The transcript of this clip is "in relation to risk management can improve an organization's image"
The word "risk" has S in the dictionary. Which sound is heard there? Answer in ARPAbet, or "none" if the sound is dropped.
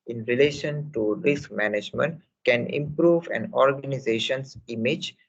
S